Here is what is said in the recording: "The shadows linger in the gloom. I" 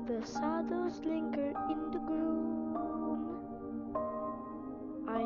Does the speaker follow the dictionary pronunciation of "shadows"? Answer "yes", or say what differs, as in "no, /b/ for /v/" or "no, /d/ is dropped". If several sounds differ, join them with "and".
no, /s/ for /ʃ/